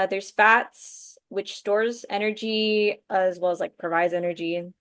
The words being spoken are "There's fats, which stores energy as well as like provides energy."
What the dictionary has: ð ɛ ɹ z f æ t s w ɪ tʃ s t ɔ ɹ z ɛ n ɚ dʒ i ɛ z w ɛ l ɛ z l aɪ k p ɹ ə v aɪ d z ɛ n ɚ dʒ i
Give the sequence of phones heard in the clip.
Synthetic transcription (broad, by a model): ð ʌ ɹ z f æ t s w ɪ tʃ s t ɔ ɹ z ɛ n ɚ dʒ i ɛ z w ɛ l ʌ z l aɪ k p ɹ ə v aɪ d z ɛ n ɚ dʒ i